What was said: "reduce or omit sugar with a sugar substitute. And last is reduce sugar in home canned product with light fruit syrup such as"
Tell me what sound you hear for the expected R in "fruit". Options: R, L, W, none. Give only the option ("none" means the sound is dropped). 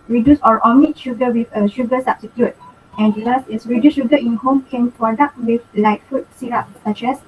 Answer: none